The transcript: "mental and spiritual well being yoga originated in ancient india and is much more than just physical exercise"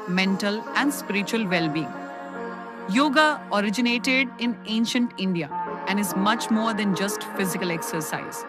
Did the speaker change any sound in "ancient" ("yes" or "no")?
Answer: no